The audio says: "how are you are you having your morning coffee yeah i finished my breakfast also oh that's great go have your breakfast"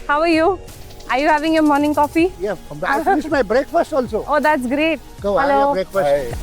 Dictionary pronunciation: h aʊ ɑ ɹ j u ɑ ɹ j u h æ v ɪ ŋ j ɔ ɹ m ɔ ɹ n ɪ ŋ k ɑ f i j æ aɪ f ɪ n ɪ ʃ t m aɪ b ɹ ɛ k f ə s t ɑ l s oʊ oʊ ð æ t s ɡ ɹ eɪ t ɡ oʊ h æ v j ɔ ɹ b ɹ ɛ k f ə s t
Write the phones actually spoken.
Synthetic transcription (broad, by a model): h aʊ ɑ ɹ j u ɑ ɹ j u h æ v ɪ ŋ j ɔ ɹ m ɔ ɹ n ɪ ŋ k ɑ f i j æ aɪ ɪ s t m aɪ b ɹ ɛ k f ə s t ɑ l s oʊ oʊ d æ t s ɡ ɹ eɪ t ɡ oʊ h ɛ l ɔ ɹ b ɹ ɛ k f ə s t